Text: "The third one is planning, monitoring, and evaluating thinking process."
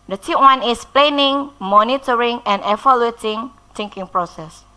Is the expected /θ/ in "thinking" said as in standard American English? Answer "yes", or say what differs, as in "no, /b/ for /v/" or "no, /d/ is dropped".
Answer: no, /t/ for /θ/